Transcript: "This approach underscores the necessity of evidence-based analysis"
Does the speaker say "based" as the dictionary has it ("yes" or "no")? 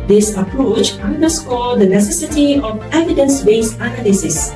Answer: no